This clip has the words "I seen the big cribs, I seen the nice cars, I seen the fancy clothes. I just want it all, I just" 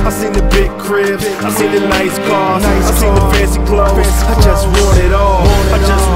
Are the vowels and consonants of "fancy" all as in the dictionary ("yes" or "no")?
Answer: no